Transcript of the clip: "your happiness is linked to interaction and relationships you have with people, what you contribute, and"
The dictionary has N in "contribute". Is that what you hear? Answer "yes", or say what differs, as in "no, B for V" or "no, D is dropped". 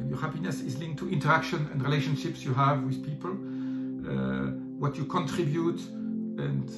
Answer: yes